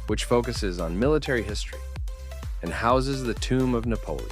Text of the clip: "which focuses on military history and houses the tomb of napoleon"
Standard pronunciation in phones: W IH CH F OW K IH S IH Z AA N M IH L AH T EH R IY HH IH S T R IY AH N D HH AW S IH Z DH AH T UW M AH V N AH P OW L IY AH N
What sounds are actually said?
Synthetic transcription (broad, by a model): W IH CH F OW K IH S IH Z N M IH L AH T EH R IY HH IH S T R IY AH N HH AW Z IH Z DH AH T UW M AH V N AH P OW L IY